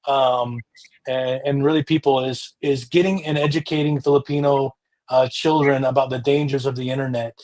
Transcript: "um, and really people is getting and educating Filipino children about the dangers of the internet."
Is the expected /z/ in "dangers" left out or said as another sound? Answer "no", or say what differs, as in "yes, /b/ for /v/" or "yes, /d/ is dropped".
no